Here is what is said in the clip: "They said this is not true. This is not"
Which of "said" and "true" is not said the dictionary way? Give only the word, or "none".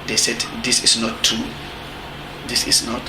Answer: true